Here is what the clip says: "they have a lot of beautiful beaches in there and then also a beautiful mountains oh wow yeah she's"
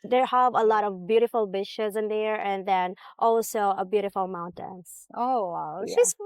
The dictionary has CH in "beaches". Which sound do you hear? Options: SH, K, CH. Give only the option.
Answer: SH